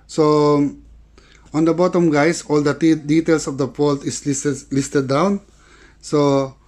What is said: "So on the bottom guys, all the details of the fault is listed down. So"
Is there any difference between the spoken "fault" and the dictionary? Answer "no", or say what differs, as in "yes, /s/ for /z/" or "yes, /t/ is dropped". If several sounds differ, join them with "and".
yes, /p/ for /f/